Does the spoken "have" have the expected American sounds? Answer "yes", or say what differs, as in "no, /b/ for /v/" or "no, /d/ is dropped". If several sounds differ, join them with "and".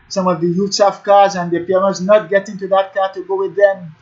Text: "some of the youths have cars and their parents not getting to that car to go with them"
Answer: no, /f/ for /v/